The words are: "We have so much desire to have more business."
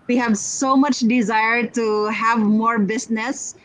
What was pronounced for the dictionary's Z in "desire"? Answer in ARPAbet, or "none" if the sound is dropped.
Z